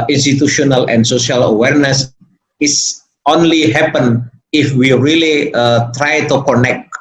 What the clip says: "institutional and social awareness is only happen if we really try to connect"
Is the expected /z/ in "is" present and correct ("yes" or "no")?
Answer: no